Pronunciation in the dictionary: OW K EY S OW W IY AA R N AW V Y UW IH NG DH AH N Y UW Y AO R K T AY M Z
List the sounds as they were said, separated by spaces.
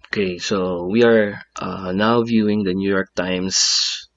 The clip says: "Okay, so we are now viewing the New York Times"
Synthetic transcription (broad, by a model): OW K EY S OW W IY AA R N AW V Y UW IH NG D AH N Y UW Y AO R K T AY M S